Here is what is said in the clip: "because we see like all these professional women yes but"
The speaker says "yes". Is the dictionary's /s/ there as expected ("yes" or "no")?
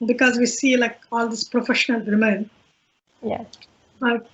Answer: no